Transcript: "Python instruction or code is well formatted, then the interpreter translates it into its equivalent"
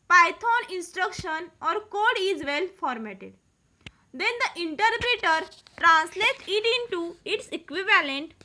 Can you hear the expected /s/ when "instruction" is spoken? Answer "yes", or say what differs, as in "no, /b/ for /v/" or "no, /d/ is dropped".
yes